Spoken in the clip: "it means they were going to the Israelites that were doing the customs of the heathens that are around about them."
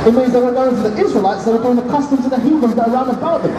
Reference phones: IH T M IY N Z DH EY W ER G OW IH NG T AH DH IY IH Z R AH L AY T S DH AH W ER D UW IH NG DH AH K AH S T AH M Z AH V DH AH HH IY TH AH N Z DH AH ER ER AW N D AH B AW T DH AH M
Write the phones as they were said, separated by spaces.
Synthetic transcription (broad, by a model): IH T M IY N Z DH EY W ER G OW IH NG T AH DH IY IH Z R AH L AY T S DH AH W ER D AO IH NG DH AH K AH S T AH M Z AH DH AH HH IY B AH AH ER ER AW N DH AH B AW T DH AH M